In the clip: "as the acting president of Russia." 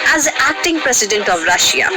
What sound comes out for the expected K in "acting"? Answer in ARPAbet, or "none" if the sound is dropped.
K